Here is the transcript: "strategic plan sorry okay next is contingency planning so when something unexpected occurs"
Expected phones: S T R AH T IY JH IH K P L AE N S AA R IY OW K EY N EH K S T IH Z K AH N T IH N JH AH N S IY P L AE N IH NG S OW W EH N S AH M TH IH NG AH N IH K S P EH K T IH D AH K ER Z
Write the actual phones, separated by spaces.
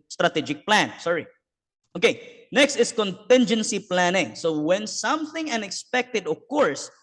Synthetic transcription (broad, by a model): S T R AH T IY JH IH K P L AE N S AA R IY OW K EY N EH K S T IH S K AH N T IH N JH AH N S IY P L AE N IH NG S OW W EH N S AH M TH IH NG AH N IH K S P EH K T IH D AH K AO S